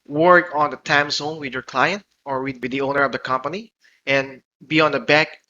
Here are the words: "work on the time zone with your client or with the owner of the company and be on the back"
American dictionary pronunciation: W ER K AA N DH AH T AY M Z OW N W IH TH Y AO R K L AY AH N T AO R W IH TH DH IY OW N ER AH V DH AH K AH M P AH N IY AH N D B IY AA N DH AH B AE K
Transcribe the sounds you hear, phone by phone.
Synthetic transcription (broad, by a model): W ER K AA N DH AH T AY M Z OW N W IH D Y AO R K L AY AH N T AO R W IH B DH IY OW N ER AH V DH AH K AH M P AH N IY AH N B IY AA N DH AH B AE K